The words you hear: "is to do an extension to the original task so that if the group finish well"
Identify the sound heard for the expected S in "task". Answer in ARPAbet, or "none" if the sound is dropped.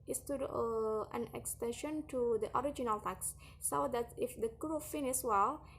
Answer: none